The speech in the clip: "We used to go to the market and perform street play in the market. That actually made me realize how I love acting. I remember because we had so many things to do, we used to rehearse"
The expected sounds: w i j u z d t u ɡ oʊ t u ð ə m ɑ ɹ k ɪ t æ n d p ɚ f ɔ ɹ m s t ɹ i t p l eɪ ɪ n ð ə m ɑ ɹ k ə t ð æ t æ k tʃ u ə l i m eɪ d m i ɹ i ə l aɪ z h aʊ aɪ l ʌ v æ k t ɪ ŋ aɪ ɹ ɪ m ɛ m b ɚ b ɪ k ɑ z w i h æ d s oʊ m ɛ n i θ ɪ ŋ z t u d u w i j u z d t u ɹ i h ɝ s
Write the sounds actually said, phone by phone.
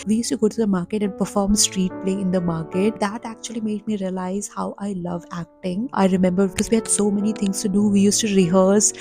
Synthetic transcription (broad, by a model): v i j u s t u ɡ oʊ t u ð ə m ɑ ɹ k ɪ t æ n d p ɚ f ɔ ɹ m s t ɹ i t p l eɪ ɪ n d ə m ɑ ɹ k ə t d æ t æ k tʃ u ə l i m eɪ d m i ɹ i ə l aɪ z h aʊ aɪ l ʌ v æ k t ɪ ŋ aɪ ɹ ɪ m ɛ m b ɚ b ɪ k ɑ z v i h æ d s oʊ m ɛ n i t ɪ ŋ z t u d u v i j u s t u ɹ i h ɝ s